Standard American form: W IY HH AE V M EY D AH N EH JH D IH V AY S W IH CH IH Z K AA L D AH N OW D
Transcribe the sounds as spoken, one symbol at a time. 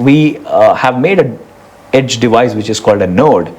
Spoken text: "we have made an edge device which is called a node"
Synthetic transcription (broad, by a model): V IY HH AE V M EY D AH EH JH D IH V AY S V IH CH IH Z K AA L D AH N OW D